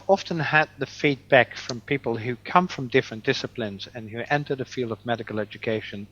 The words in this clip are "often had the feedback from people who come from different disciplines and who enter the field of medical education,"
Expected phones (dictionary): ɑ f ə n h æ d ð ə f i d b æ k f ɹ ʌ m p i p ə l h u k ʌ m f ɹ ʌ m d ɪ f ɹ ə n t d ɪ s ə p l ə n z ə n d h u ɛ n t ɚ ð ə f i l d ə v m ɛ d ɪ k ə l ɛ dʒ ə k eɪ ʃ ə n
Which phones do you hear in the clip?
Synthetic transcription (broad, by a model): ɑ f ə n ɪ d ð ə f i d b æ k f ɹ ʌ m p i p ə l h u k ʌ m f ɹ ʌ m d ɪ f ɹ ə n d ɪ s ə p l ə n z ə n h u ɛ n t ɚ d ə f i l d ə v m ɛ d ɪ k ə l ɛ dʒ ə k eɪ ʃ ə n